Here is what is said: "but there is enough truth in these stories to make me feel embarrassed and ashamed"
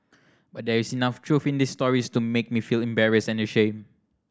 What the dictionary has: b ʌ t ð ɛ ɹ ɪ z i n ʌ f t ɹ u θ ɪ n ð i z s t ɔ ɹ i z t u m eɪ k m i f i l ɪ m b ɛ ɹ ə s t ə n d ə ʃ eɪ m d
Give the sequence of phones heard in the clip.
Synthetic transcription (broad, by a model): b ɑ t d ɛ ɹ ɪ s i n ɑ f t ɹ u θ ɪ n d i s t ɔ ɹ i s t u m eɪ k m i f i l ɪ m b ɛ ɹ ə s ə n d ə ʃ eɪ m